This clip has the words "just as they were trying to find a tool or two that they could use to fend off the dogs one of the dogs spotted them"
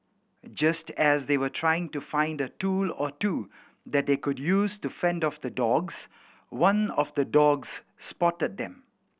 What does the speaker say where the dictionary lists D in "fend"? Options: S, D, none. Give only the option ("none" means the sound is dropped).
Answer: D